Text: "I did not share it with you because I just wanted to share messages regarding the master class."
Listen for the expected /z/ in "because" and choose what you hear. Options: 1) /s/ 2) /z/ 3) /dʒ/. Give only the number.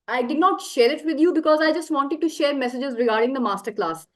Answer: 2